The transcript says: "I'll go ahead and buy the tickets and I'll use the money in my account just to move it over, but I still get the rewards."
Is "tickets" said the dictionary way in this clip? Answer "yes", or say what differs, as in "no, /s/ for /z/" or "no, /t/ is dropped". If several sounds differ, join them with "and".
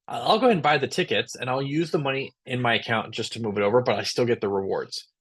yes